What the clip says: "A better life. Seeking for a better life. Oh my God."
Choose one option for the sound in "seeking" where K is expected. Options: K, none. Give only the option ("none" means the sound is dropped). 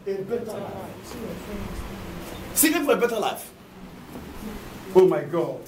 none